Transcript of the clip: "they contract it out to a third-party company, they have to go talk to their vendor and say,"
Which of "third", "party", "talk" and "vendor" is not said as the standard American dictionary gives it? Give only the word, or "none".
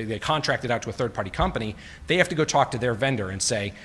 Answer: none